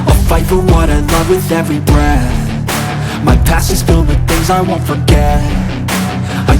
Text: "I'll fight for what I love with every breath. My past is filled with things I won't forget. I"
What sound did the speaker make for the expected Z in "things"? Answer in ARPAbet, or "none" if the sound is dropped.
Z